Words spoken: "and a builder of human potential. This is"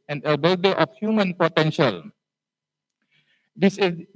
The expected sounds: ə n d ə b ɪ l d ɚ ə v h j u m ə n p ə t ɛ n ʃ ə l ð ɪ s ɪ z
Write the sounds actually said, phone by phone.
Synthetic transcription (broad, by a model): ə n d ə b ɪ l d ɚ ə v h j u m ə n p ə t ɛ n ʃ ə l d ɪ s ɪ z